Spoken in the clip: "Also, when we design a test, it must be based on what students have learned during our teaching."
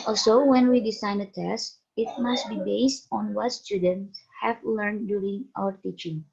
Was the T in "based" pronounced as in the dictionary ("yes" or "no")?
yes